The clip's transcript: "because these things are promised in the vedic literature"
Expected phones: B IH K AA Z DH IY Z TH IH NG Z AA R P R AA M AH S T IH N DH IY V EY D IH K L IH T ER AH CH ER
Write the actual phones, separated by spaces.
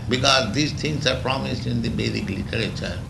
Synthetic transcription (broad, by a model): B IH K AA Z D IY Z T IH NG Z AA R P R AA M AH S T IH N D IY B EY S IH K L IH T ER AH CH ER